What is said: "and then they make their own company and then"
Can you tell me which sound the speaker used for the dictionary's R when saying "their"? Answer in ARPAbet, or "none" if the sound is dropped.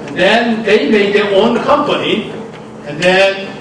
W